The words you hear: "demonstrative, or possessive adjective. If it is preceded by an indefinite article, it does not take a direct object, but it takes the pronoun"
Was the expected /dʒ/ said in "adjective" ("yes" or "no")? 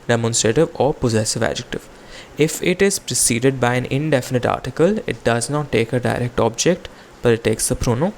yes